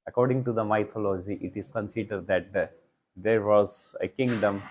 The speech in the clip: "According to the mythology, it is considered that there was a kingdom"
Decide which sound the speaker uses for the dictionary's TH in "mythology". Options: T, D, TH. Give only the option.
T